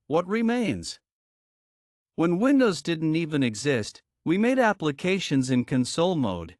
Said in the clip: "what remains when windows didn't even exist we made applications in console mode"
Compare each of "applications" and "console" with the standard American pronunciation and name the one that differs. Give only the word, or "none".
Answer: none